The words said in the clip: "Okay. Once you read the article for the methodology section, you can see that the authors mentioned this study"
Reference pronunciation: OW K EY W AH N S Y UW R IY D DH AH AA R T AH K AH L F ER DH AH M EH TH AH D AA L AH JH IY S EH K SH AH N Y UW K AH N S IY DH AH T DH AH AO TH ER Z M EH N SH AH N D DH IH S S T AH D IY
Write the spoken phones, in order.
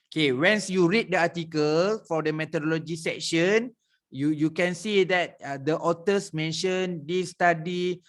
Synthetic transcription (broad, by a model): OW K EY W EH N S Y UW R IY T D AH AA T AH K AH L F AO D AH M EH T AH D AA L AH JH IY S EH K SH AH N Y UW K AH N S IY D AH T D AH AO T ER S M EH N SH AH N D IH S S T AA D IY